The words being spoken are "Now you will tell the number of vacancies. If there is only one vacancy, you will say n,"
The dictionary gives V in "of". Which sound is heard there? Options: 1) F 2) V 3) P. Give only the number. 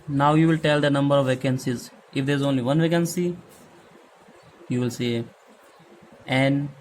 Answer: 2